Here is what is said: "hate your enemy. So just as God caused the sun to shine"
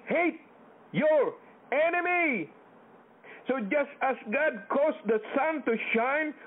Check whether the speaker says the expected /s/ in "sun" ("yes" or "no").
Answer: yes